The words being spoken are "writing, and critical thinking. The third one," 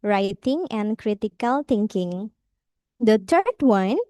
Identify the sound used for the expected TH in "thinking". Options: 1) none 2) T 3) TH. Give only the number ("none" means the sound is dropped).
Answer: 2